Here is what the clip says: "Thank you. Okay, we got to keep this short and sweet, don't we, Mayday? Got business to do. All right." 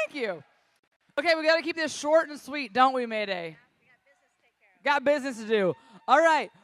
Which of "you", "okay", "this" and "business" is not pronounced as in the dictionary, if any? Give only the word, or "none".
none